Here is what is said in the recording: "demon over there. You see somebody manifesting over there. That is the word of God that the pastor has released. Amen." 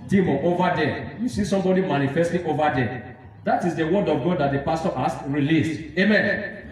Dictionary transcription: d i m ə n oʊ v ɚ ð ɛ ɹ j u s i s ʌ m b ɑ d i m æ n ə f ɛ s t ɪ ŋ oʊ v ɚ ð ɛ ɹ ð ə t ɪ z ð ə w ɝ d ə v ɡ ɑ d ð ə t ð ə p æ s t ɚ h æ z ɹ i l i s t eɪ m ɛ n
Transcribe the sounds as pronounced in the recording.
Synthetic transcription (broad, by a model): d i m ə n oʊ v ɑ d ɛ j u s i s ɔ m b ɑ d i m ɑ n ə f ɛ s t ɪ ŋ oʊ v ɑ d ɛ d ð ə t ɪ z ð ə w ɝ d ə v ɡ ɑ d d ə t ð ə p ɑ s t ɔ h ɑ s ɹ i l i s t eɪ m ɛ n